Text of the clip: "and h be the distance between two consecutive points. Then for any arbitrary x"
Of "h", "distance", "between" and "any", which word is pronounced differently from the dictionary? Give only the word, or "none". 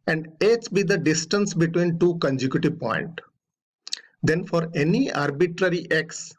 h